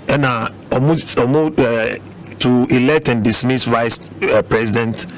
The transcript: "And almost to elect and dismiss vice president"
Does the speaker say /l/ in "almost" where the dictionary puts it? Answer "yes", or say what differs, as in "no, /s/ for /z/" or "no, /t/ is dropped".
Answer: no, /l/ is dropped